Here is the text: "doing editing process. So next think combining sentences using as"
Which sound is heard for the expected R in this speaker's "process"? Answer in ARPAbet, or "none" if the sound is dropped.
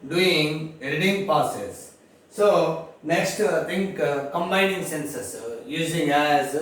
none